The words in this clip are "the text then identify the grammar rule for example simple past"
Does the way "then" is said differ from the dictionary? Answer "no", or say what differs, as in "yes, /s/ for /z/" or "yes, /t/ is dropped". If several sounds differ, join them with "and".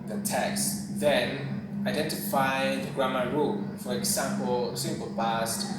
no